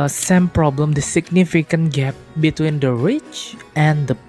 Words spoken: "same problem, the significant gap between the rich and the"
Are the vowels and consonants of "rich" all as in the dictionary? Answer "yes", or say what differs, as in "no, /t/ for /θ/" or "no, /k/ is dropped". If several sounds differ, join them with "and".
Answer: yes